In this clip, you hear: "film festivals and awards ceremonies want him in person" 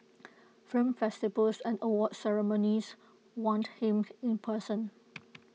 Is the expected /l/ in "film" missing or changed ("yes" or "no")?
yes